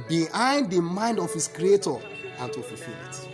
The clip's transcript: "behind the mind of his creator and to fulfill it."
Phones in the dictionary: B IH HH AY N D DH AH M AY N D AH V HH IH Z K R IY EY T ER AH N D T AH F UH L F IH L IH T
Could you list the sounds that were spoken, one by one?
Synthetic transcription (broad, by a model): B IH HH AY N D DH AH M AY N D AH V HH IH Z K R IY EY T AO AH N T AH F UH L F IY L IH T